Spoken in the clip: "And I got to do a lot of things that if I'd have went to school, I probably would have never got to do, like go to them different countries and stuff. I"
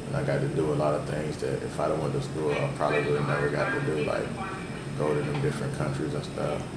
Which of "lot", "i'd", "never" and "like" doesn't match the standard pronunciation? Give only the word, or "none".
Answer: none